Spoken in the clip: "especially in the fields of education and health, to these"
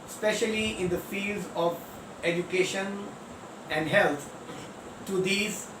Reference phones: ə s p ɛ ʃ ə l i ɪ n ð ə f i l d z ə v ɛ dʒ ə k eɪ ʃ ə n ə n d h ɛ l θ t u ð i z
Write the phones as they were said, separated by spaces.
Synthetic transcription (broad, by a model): s p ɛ ʃ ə l i ɪ n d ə f i l d z ə v ɛ dʒ ə k eɪ ʃ ə n ə n d h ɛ l t t u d i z